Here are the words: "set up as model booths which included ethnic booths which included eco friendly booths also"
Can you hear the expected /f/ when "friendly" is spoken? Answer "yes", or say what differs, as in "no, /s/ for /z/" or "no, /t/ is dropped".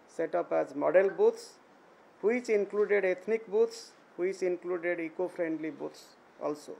no, /p/ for /f/